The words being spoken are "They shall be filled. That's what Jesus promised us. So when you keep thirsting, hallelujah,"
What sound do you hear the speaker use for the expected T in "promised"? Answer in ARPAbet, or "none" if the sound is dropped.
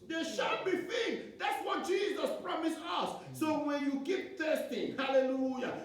none